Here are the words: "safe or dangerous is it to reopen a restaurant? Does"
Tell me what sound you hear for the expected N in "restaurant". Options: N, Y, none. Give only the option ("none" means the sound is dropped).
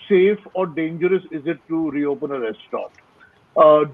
none